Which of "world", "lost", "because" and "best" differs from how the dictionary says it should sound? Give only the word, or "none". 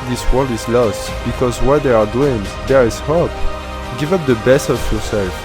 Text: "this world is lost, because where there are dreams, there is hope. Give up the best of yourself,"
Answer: none